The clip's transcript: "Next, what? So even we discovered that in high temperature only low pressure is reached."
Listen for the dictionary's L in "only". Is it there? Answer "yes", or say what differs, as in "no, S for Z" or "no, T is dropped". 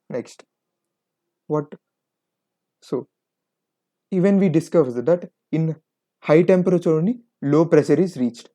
no, L is dropped